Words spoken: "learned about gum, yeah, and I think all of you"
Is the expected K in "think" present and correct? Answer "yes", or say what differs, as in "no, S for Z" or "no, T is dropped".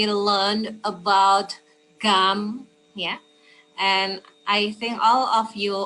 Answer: yes